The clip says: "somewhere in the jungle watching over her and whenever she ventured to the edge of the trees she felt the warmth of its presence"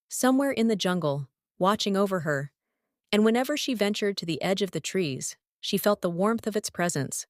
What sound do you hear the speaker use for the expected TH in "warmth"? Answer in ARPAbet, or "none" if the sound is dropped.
TH